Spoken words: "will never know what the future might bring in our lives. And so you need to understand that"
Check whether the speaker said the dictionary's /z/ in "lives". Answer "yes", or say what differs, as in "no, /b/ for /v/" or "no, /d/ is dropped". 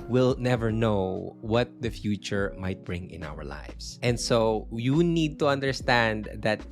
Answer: no, /s/ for /z/